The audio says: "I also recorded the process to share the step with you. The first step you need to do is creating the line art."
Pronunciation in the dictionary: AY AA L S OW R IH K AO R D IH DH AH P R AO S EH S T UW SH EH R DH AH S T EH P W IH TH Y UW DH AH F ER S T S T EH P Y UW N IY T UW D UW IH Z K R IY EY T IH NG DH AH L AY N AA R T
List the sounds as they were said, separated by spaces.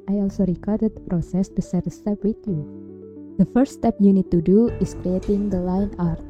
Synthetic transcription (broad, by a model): AY AA L S OW R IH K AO R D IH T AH P R AO S EH S T UW S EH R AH S T EH P W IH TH Y UW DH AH F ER T S T EH P Y UW N IY T UW D UW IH S K R IY EY T IH NG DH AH L AY N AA R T